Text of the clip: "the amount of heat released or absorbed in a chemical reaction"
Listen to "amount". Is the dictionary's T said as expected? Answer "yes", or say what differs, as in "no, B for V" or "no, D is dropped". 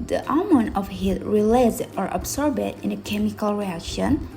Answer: no, T is dropped